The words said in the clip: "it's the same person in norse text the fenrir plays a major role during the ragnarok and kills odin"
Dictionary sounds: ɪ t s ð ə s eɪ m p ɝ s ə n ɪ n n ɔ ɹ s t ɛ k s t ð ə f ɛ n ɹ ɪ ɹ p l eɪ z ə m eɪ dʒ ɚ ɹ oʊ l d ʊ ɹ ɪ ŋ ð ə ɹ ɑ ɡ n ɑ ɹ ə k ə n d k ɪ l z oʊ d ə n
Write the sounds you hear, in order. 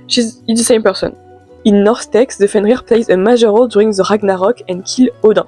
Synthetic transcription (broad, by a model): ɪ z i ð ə s eɪ m p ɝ s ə n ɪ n n ɔ ɹ s t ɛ k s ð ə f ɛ n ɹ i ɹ p l eɪ z ə m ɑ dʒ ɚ ɹ oʊ l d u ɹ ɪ ŋ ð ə ɹ ɑ ɡ n ɑ ɹ ə k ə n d k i l oʊ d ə